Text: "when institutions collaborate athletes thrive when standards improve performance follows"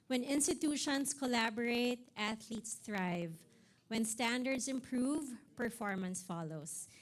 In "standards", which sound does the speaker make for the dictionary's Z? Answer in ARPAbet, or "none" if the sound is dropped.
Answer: S